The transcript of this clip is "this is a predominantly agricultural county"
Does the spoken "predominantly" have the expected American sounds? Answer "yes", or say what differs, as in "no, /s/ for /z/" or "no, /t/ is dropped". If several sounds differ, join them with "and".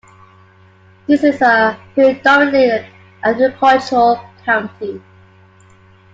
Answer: no, /l/ is dropped